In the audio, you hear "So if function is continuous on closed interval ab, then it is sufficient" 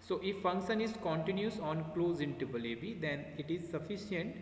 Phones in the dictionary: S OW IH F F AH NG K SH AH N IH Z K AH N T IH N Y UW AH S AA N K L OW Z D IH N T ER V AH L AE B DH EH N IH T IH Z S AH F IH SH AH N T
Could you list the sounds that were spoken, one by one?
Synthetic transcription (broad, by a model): S OW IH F F AH NG K SH AH N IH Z K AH N T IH N Y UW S AA N K L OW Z IH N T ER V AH L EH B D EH N IH T IH Z S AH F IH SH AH N T